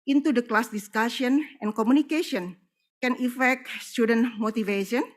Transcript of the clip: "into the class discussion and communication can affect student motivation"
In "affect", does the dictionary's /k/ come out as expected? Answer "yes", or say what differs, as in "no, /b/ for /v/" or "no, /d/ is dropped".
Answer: yes